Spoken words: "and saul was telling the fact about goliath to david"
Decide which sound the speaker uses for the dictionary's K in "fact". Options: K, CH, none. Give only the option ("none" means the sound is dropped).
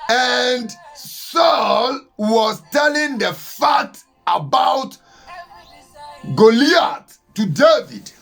none